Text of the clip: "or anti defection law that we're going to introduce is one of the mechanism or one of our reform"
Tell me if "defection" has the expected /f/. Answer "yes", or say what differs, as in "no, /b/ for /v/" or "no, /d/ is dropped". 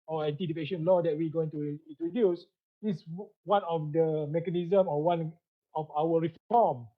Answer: no, /p/ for /f/